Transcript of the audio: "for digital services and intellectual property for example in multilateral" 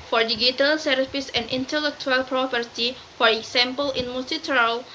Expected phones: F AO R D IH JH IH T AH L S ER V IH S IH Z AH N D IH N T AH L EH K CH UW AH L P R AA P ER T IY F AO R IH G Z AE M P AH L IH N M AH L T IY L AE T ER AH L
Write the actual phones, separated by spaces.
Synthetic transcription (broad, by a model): F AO R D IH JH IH T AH L S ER IH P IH S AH N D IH N T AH L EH K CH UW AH L P R AA P ER T IY F AO R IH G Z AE M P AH L IH N M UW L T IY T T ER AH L